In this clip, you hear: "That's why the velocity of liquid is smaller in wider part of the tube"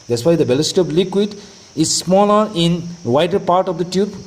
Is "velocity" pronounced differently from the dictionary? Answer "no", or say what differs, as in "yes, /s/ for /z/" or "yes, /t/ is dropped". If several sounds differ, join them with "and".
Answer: yes, /b/ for /v/